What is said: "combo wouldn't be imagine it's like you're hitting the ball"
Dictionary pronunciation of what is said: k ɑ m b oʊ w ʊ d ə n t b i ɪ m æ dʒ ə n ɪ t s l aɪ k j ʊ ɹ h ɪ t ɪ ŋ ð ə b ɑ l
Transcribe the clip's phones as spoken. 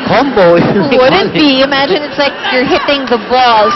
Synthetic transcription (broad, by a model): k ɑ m b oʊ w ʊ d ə t b i ɪ m æ dʒ ə n ɪ t s l aɪ k j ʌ ɹ h ɪ t ɪ ŋ ð ə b ɑ l